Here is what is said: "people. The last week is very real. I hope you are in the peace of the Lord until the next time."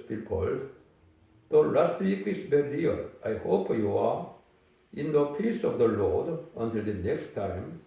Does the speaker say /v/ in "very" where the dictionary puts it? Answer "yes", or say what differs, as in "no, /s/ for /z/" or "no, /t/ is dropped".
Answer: no, /b/ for /v/